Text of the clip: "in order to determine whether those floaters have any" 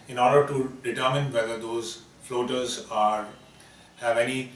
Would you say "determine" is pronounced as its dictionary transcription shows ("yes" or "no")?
yes